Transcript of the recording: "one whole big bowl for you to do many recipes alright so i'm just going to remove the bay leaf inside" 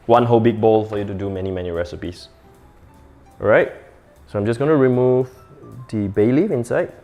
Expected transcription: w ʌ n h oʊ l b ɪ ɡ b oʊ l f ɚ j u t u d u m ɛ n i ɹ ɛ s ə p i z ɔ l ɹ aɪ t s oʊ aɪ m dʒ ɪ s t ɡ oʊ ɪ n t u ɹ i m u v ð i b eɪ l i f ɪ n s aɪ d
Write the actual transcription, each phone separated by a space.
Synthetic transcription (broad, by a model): w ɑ n h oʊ b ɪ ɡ b oʊ l f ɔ j u t u d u m ɛ n i ɹ ɛ s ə p i s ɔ ɹ aɪ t s oʊ aɪ m dʒ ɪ s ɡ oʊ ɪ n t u ɹ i m u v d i b eɪ l i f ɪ n s aɪ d